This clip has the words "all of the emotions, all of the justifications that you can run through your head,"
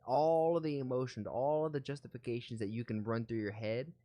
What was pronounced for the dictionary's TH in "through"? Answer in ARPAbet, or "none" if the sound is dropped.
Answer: TH